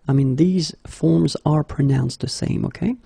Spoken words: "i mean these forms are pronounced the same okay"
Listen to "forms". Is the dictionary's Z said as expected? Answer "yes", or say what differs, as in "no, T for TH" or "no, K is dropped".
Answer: yes